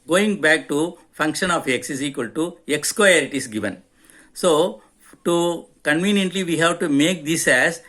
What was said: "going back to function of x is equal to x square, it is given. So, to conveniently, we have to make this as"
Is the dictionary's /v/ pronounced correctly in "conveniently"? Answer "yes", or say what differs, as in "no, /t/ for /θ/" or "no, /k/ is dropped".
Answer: yes